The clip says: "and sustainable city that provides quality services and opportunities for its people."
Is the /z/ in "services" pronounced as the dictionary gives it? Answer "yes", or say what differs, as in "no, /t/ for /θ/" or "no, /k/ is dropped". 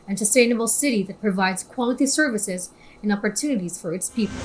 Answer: yes